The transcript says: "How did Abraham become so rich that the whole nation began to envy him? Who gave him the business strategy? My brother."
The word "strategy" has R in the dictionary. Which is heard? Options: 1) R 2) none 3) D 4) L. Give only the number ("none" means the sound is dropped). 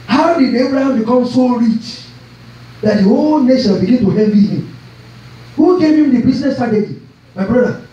2